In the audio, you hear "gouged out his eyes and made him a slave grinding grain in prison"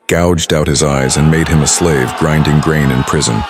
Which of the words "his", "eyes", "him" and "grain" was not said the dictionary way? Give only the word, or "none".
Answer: none